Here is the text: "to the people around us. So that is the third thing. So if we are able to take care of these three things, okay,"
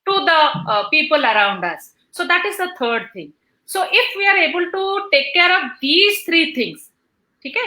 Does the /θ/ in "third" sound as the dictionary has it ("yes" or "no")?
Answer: no